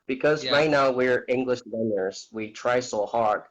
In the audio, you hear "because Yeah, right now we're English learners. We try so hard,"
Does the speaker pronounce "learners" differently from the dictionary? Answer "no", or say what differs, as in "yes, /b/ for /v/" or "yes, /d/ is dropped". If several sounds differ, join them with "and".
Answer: yes, /w/ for /l/